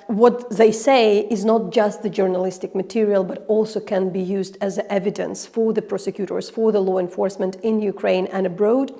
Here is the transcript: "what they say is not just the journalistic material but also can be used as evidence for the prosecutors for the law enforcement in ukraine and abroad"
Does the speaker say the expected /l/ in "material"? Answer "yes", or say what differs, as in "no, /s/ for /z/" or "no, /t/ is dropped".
yes